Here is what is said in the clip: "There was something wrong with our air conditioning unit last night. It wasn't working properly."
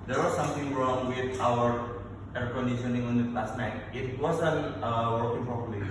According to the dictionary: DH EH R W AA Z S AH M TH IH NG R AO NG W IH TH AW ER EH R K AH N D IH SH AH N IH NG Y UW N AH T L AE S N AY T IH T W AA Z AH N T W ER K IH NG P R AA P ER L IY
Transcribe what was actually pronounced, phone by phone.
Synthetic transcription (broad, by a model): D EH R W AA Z S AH M T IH NG R AO NG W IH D AW ER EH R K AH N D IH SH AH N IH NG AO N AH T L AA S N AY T IH T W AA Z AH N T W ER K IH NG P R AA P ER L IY